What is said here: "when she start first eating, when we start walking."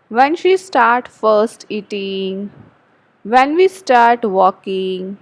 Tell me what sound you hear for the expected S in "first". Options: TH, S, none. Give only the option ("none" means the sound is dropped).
S